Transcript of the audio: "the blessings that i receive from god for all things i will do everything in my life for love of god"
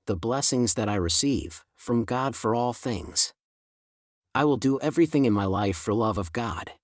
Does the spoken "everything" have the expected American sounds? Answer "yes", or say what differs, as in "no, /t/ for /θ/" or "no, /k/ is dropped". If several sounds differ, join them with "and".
yes